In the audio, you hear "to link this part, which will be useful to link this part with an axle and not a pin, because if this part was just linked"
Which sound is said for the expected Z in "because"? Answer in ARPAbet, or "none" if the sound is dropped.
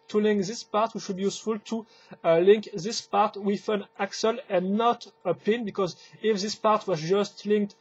Z